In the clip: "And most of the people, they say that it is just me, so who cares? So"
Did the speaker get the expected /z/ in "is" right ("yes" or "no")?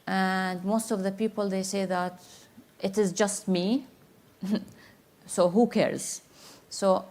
yes